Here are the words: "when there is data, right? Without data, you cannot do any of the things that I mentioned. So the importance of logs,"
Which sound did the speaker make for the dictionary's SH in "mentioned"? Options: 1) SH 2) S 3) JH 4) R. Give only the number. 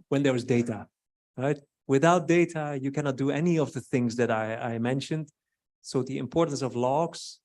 1